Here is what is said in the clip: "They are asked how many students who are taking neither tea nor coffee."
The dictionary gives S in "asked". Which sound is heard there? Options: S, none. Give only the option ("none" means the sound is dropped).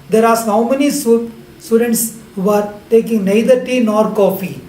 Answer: none